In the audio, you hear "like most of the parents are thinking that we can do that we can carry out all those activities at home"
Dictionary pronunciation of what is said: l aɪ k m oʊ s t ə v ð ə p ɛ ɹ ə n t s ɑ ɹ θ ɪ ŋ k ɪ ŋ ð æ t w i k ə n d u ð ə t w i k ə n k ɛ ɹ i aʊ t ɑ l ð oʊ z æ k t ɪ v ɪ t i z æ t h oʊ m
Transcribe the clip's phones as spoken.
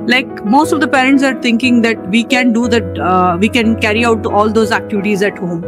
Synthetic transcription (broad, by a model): l aɪ k m oʊ s t ə v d ə p ɛ ɹ ə n t s ɑ ɹ t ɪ ŋ k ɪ ŋ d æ t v i k ə n d u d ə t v i k ə n k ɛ ɹ i aʊ t ɑ l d oʊ z æ k t ɪ v ɪ t i z æ t h oʊ m